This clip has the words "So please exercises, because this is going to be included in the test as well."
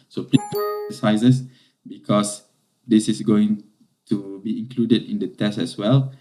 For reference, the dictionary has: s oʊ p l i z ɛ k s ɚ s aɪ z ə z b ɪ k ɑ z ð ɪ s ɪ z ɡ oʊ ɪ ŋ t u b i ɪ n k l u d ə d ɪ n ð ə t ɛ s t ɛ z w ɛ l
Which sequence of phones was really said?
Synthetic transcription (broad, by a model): s oʊ p l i ʌ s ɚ s aɪ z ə s b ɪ k ɑ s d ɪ s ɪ s ɡ oʊ ɪ ŋ t u b i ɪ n k l u d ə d ɪ n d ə t ɛ s t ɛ s w ɛ l